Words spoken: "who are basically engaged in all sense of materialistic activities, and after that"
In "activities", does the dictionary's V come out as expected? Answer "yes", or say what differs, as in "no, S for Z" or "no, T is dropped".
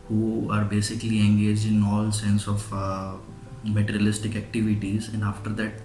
yes